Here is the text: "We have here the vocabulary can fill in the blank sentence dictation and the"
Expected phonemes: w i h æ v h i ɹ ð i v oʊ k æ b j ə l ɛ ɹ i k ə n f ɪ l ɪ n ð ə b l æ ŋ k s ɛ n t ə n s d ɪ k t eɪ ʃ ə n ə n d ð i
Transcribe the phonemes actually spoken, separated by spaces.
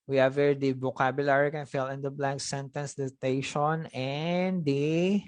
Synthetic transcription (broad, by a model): w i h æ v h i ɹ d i b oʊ k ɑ b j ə l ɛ ɹ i k ə n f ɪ l ɪ n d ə b l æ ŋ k s ɛ n t ə n s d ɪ t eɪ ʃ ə n ə n d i